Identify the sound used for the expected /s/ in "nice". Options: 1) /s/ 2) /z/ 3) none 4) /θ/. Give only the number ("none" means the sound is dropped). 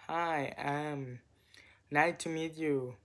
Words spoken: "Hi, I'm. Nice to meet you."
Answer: 3